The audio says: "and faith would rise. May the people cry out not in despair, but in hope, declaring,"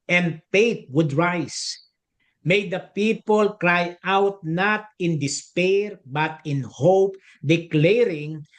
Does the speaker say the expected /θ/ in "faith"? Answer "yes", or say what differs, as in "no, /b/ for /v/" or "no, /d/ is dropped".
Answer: no, /t/ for /θ/